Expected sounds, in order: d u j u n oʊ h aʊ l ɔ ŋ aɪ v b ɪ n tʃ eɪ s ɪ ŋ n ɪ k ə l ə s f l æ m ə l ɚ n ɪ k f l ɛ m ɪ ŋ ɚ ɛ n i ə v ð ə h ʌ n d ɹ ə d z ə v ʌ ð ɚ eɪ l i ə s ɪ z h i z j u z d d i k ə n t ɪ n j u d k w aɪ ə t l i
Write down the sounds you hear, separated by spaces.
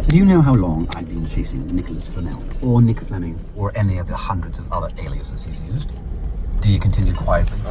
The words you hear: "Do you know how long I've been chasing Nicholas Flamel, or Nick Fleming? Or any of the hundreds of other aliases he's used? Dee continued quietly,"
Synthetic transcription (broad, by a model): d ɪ j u n oʊ h aʊ l ɔ ŋ aɪ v b ɪ n tʃ eɪ s ɪ ŋ n ɪ k ə l ə s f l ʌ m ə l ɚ n ɪ k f l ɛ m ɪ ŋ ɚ ɛ n i ə v ð ə h ʌ n d ɹ ə d z ə v ʌ ð ɚ eɪ l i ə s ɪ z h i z j u z d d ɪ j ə n t ɪ n j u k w aɪ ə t l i